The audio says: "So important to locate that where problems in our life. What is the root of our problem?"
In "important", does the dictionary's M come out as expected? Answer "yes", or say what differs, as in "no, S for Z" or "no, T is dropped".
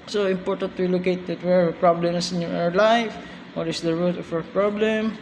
yes